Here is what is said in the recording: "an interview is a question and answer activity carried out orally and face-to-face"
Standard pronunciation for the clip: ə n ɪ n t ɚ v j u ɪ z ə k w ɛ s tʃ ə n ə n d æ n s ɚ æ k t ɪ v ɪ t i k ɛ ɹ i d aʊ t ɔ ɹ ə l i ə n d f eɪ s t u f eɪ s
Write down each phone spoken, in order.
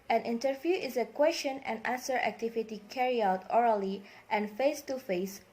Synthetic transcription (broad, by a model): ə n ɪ n t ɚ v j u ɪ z ə k w ɛ s tʃ ə n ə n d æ n s ɚ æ k t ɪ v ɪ t i k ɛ ɹ i aʊ t ɔ ɹ ə l i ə n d f eɪ s t u f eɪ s